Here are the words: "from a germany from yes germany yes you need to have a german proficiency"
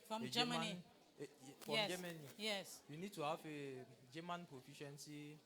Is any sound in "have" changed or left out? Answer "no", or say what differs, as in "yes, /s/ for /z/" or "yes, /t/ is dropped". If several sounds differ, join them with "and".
yes, /f/ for /v/